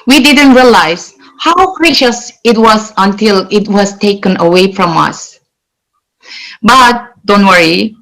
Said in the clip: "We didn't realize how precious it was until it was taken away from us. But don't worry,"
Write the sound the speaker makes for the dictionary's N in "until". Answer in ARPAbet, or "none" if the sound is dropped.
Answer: N